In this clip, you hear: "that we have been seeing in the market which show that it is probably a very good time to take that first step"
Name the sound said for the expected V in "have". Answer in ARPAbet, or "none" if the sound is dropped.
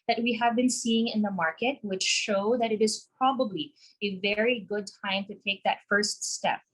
V